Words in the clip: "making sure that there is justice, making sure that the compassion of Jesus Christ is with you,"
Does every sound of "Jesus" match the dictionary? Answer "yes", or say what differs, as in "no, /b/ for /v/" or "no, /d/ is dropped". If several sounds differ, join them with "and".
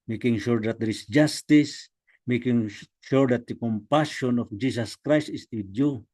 no, /s/ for /z/